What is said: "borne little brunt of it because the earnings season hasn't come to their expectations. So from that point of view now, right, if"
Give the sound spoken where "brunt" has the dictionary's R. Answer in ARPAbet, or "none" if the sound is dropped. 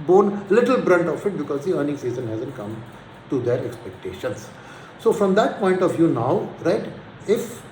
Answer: R